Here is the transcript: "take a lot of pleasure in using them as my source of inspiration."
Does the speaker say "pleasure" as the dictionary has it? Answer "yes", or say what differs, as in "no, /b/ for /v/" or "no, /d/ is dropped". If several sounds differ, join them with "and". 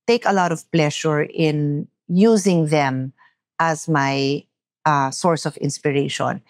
no, /ʃ/ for /ʒ/